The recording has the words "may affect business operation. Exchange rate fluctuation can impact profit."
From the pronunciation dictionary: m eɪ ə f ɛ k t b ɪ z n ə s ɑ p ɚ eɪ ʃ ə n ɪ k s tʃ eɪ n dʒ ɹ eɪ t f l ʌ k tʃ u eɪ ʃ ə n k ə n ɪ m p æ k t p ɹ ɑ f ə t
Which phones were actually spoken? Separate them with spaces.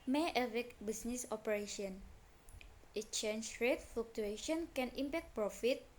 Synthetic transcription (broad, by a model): m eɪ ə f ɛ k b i s n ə s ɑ p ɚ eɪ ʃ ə n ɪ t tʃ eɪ n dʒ ɹ eɪ t f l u k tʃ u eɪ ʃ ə n k ə n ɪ m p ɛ k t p ɹ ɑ f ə t